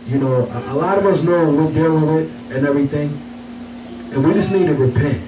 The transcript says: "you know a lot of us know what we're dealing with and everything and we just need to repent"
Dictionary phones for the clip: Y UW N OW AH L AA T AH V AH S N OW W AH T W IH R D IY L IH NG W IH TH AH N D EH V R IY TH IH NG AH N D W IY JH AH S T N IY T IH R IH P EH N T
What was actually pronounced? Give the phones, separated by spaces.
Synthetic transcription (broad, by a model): Y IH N OW AH L AA T AH V AH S N OW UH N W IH L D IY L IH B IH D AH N EH V R IY TH IH NG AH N W IY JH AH S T N IY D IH R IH P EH N T